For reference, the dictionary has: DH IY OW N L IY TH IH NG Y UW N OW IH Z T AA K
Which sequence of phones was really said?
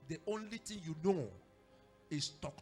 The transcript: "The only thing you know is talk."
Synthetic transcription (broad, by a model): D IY OW N L IY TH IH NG Y UW N OW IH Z T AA K